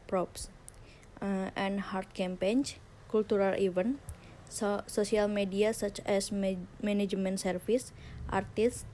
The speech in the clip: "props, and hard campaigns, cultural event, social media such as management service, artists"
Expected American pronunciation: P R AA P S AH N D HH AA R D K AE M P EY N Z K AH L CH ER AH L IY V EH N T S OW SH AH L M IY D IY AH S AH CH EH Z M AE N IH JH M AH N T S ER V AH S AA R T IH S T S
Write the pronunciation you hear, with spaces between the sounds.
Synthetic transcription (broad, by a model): P R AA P S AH N HH AA R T K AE M P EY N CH K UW L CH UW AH L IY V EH N S OW S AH L M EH D IY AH S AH CH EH S M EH N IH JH M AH N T S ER F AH S AA R T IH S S